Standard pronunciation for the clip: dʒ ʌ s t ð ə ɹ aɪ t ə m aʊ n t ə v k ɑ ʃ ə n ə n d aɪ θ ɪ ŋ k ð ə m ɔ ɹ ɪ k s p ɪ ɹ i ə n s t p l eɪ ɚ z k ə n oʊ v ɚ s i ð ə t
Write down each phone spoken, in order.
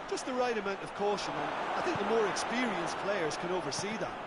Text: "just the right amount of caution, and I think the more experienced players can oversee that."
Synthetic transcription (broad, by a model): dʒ ʌ s t ð ə ɹ aɪ t ə m aʊ n t ə v k ɑ ʃ ə n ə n aɪ θ ɪ ŋ k ð ə m ɔ ɹ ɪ k s p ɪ ɹ i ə n s p l eɪ ɚ z k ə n oʊ v ɚ s i ð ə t